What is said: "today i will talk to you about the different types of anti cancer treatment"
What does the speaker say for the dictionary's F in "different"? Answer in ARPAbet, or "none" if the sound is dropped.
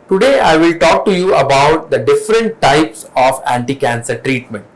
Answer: F